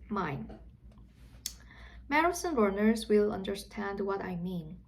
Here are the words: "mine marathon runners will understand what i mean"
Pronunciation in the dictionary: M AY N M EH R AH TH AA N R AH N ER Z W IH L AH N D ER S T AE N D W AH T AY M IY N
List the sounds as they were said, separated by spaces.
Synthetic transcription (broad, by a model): M AY N M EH R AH S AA N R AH N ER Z W IH L AH N D ER S T AE N D W AH T AY M IY N